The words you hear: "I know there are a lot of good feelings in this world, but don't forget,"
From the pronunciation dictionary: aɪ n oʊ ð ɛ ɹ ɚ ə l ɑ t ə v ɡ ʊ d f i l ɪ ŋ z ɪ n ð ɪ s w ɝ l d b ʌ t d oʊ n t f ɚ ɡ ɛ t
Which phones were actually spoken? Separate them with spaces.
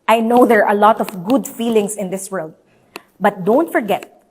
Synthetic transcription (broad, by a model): aɪ n oʊ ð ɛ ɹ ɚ ə l ɑ t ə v ɡ ʊ d f i l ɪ ŋ s ɪ n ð ɪ s w ɝ l d b ʌ t d oʊ n t f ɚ ɡ ɛ t